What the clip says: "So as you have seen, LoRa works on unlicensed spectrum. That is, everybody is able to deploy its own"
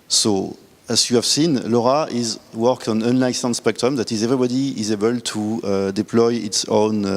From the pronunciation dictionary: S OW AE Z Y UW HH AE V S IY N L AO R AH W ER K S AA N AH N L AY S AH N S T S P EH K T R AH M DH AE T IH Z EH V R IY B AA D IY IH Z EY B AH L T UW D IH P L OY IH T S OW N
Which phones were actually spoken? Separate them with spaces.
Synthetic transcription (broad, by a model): S OW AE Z Y UW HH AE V S IY N L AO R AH W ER K AA N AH N L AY S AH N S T S P EH K T R AH M DH AE T IH Z EH V R IY B AA D IY IH Z EY B AH L T UW D IH P L OY IH T S OW N